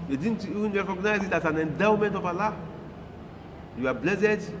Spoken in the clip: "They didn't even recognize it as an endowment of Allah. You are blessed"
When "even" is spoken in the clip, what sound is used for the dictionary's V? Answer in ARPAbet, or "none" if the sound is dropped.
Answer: none